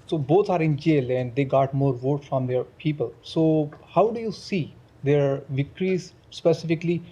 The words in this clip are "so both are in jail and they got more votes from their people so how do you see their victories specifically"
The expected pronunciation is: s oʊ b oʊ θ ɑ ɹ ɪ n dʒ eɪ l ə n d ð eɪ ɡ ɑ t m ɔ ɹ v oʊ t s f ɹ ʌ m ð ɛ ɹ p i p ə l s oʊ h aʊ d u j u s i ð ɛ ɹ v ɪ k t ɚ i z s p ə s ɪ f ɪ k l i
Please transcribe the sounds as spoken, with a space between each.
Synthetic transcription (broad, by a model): s oʊ b oʊ t ɑ ɹ ɪ n dʒ eɪ l ə n d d eɪ ɡ ɑ t m ɔ ɹ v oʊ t f ɹ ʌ m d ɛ ɹ p i p ə l s oʊ h aʊ d u j u s i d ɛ ɹ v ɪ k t i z s p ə s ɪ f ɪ k l i